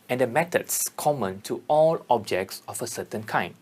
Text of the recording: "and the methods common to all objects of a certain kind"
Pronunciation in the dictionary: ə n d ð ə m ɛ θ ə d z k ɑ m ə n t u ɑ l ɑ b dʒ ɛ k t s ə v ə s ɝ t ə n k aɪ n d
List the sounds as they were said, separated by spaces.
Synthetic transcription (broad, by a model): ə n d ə m ɛ t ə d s k ɑ m ə n t u ɑ l ɑ b dʒ ɛ k t s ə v ə s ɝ t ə n k aɪ n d